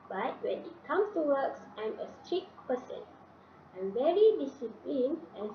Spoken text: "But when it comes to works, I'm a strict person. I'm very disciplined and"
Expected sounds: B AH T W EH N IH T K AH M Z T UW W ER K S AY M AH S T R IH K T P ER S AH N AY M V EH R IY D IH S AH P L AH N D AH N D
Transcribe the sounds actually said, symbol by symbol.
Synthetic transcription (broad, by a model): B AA T W EH N IH T K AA M S T UW W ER K S AY M AH S T R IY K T P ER S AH N AY M V EH R IY D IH S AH P L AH N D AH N